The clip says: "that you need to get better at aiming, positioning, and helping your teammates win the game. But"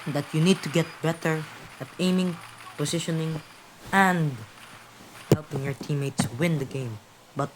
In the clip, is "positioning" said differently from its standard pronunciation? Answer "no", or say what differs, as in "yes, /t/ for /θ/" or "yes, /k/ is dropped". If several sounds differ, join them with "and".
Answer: yes, /s/ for /z/